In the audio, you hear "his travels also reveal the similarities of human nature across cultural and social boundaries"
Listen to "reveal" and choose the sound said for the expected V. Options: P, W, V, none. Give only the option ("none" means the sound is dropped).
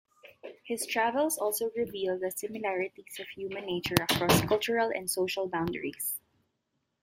V